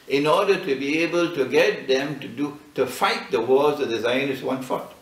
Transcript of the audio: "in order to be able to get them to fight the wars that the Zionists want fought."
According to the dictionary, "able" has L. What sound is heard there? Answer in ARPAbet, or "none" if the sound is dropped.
L